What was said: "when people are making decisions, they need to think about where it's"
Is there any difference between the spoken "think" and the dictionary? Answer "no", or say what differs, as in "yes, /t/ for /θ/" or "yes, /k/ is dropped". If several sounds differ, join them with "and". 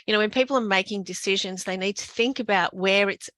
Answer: no